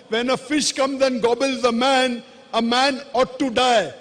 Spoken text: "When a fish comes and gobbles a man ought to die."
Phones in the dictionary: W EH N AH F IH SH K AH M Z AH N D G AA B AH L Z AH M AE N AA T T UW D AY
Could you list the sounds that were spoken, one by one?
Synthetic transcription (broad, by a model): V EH N AH F IH SH K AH M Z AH N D G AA B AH L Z AH M AE N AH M T UW D AY